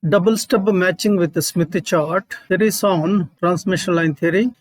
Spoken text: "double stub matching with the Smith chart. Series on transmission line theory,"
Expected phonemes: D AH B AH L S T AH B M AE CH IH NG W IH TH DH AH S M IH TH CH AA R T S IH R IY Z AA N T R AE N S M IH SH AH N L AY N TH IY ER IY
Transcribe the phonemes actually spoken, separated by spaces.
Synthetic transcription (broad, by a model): D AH B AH L S T AH B M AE CH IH NG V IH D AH S M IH T CH AA R T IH R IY S AA N T R AE N S M IH SH AH N L AY N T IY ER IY